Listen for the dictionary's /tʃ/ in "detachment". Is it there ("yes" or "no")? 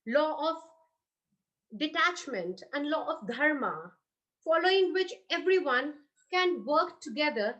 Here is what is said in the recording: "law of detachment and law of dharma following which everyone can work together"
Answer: yes